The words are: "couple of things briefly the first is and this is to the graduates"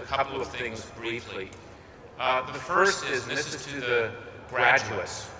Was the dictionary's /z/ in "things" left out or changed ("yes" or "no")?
no